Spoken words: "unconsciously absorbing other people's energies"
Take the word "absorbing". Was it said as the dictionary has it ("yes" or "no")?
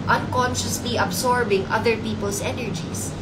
no